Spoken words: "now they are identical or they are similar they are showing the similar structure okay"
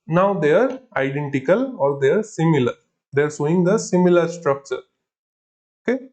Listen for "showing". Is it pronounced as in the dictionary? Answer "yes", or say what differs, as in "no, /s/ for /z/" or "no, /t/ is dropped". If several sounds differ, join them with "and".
no, /s/ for /ʃ/